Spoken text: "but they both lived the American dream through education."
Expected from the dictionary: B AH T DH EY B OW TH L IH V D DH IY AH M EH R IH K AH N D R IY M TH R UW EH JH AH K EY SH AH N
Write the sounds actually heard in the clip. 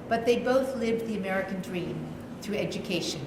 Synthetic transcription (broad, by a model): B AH T DH EY B OW TH L IH V DH IY AH M EH R IH K AH N D R IY M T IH EH JH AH K EY SH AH N